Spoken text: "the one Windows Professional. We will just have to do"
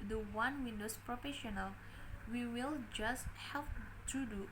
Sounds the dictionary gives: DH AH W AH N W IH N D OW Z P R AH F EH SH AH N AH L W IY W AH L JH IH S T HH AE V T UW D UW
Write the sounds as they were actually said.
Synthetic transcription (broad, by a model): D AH W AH N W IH N D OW S P R AH F EH SH AH N AH L W IY W AH L JH IH S T HH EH P T UW D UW